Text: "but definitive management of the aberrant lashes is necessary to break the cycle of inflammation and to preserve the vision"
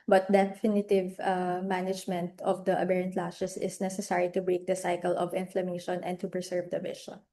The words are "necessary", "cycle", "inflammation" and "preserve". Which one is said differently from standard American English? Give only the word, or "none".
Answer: preserve